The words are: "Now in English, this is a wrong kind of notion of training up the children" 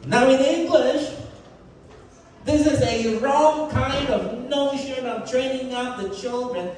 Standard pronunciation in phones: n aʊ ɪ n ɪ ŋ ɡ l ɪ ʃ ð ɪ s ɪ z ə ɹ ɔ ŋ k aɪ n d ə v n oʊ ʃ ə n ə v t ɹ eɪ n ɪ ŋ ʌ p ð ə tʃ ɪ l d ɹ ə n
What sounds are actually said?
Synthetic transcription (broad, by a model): n aʊ ɪ n ɪ ŋ ɡ l ɪ ʃ ð ɪ s ɪ z ə ɹ ɔ ŋ k aɪ n d ə v n oʊ ʃ ə n ə v t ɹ eɪ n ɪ ŋ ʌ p ð ə tʃ ɪ l d ɹ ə n